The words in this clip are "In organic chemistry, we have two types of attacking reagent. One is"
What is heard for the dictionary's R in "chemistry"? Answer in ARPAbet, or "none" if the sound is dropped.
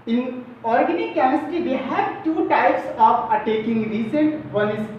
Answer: none